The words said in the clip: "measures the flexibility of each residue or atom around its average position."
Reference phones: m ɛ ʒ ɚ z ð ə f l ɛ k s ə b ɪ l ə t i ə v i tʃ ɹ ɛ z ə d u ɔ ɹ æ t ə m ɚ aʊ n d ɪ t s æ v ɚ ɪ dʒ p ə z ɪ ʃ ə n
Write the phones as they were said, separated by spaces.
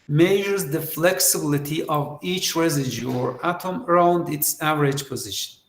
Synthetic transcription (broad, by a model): m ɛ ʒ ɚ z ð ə f l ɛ k s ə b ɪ l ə t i ə v i tʃ ɹ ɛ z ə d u ɔ ɹ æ t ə m ɚ aʊ n d ɪ t s æ v ɚ ɪ dʒ p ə z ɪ ʃ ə n